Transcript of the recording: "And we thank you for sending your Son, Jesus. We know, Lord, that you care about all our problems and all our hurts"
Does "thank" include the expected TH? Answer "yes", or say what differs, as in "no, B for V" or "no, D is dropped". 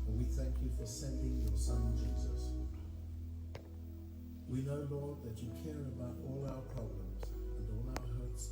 yes